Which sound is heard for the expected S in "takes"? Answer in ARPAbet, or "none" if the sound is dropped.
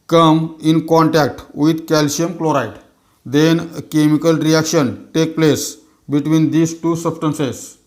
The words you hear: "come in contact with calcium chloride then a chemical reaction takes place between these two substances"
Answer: none